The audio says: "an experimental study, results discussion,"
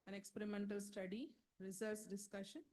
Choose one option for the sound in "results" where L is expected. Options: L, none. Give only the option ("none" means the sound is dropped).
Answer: none